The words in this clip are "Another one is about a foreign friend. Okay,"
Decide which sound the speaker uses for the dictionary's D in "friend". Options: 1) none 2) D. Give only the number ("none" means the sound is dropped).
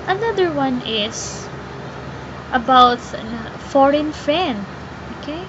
1